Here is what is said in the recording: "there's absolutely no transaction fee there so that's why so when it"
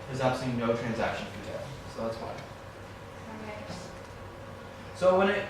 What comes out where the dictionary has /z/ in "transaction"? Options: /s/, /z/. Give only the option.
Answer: /z/